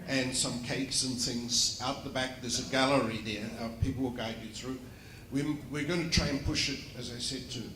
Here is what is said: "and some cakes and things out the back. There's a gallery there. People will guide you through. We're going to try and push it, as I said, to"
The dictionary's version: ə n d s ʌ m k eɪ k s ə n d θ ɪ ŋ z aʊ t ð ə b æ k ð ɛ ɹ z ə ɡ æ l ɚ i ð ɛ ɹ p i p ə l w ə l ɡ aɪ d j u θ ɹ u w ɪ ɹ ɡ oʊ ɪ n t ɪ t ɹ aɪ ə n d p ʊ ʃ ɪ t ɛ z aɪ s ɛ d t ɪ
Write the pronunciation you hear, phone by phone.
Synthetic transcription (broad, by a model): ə n s ʌ m k eɪ k s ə n θ ɪ ŋ z aʊ t ð ə b æ k ð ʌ ɹ z ə ɡ æ l ɚ i ð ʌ ɹ p i p l w ə l ɡ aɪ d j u θ ɹ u w ɪ ɹ ɡ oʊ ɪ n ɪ t ɹ aɪ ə n p ʊ ʃ ɪ t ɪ z aɪ s ɛ d t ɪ